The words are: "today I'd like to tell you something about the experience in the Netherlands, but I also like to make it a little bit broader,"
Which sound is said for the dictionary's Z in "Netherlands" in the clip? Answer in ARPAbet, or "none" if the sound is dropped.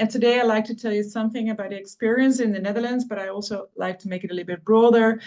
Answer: Z